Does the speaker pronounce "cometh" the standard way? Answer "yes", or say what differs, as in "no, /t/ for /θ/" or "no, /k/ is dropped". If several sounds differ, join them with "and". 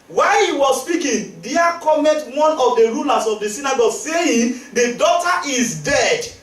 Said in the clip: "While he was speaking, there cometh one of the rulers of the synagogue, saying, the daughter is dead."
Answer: no, /t/ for /θ/